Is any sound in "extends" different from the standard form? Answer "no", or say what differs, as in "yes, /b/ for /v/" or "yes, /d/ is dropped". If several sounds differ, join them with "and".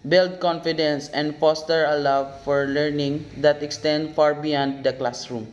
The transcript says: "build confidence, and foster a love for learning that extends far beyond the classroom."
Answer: yes, /z/ is dropped